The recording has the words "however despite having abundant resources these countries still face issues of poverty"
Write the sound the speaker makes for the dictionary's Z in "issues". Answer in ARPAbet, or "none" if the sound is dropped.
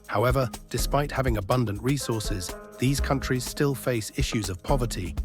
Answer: Z